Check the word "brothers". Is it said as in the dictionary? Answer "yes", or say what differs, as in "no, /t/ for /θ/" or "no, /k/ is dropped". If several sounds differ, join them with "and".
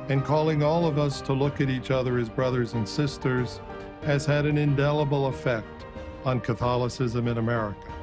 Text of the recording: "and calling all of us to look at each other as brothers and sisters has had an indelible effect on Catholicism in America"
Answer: yes